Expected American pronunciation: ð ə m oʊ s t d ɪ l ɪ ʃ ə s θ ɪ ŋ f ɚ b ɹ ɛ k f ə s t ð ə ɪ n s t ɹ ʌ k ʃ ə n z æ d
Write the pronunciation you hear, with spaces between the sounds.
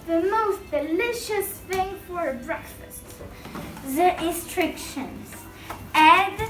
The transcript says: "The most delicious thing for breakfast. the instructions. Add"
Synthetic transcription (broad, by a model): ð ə m oʊ s t d ɪ l ɪ ʃ ə s θ ɪ ŋ f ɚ b ɹ ɛ k f ə s t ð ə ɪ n s t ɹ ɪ k ʃ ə n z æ